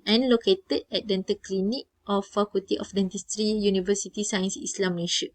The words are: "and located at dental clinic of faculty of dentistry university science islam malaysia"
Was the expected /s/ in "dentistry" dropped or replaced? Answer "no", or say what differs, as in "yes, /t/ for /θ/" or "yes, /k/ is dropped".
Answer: no